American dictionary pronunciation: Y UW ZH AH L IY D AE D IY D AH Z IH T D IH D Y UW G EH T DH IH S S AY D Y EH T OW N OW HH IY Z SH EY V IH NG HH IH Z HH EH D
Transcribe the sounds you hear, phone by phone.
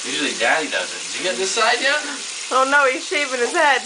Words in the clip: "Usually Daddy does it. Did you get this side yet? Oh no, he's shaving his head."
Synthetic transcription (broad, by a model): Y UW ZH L IY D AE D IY D AH Z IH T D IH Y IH G EH T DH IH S S AY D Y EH OW N OW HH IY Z SH EY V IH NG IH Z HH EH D